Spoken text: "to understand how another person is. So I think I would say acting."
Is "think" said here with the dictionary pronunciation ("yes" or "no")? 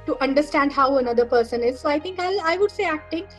no